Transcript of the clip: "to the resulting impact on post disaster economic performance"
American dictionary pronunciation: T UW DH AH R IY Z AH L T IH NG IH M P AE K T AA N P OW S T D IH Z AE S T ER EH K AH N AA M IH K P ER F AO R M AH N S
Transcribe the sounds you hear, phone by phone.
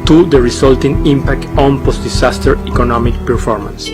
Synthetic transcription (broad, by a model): T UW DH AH R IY S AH L T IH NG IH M P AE K T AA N P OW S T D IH S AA S T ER EH K AH N AA M IH K P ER F AO R M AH N S